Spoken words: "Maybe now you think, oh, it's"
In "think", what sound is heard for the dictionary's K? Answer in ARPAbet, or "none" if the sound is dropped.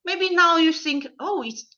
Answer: K